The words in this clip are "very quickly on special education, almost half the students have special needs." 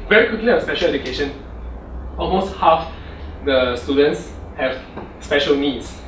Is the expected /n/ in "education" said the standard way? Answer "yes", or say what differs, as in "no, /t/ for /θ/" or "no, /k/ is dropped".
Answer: yes